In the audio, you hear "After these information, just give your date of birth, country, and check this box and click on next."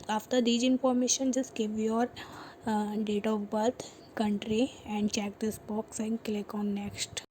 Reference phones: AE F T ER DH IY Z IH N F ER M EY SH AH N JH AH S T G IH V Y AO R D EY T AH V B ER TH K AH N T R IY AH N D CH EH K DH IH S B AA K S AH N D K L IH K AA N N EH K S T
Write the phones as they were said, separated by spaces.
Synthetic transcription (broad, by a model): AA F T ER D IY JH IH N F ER M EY SH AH N JH AH S T G IH V Y AO R D EY T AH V B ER T K AH N T R IY AH N D CH EH K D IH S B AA K S AH N D K L IH K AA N N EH K S T